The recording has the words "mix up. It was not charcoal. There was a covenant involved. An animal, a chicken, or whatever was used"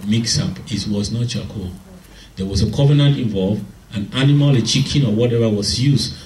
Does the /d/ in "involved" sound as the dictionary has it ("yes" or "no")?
no